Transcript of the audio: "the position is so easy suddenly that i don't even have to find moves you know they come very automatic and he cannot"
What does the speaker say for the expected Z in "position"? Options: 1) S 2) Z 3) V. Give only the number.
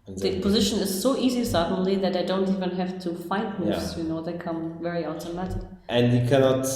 2